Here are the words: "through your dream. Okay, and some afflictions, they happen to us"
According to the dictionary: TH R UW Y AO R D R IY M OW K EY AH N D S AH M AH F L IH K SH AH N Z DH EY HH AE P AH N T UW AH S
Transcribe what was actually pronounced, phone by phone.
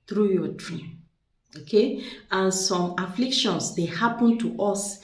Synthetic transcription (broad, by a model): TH R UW Y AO D R IY M OW K EY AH N S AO M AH F L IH K SH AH N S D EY HH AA P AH N T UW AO S